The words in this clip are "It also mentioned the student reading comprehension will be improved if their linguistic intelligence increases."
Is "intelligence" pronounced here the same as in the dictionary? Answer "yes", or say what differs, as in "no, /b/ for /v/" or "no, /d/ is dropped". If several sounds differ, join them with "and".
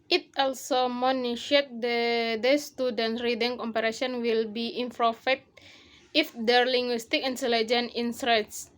no, /s/ is dropped